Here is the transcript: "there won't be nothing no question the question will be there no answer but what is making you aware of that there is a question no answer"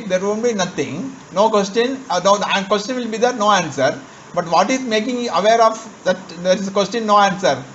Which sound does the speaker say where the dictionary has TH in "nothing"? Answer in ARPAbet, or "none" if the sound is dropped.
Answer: T